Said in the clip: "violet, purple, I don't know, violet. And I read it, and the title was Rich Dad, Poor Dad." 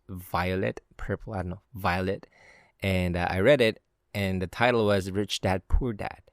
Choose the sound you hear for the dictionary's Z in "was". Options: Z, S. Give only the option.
Z